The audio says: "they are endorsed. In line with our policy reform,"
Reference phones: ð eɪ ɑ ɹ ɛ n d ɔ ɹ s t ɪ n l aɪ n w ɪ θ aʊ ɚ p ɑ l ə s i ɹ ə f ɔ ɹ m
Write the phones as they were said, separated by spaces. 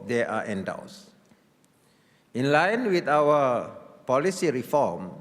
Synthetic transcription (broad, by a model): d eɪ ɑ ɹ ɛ n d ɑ w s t ɪ n l aɪ n w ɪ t aʊ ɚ p ɑ l ə s i ɹ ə f ɔ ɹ m